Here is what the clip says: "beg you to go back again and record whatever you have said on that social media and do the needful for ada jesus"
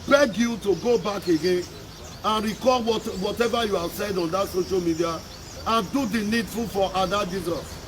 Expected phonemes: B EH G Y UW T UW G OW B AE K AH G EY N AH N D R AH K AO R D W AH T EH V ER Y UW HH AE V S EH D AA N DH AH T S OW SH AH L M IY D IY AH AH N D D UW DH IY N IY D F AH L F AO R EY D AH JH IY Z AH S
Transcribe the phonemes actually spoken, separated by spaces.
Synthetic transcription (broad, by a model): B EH G Y UW T UW G OW B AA K AH G EY N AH N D R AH K AO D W W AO T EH V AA Y UW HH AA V S EH D AA N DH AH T S OW SH AH L M IY D IY AH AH N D D UW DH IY N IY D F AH F AO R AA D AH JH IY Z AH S